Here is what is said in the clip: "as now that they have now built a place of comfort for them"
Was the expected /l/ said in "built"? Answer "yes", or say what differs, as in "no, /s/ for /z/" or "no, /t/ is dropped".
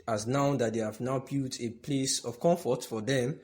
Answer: no, /l/ is dropped